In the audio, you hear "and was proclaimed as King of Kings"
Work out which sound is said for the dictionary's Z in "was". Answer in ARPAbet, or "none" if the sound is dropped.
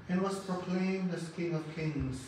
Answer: S